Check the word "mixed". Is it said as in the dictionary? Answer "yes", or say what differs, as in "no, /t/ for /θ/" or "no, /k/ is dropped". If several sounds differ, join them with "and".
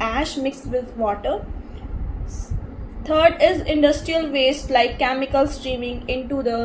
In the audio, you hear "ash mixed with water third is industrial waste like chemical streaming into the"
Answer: yes